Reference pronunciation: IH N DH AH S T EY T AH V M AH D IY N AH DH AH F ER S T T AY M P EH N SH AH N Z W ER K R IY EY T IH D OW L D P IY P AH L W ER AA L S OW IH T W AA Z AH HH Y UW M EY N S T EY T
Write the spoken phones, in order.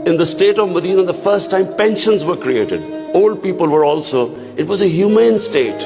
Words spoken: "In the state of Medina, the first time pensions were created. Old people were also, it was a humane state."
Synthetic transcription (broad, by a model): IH N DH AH S T EY T AH V M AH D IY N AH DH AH F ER S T T AY M P EH N SH AH N Z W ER K R IY EY T IH D OW L D P IY P AH L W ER AA L S OW IH T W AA Z AH HH Y UW M EY N S T EY T